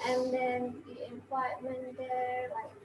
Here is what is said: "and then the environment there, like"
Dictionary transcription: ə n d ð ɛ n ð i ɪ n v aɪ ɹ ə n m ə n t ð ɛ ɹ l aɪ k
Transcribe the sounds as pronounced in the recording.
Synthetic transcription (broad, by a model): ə n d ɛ n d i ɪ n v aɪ ə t m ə n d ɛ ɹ l aɪ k